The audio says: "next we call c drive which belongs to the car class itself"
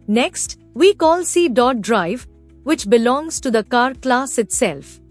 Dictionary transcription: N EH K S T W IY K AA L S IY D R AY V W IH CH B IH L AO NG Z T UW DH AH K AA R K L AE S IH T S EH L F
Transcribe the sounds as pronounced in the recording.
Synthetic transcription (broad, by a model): N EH K S T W IY K AA L S IY D R AY V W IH CH B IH L AO NG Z T UW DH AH K AA R K L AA S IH T S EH L F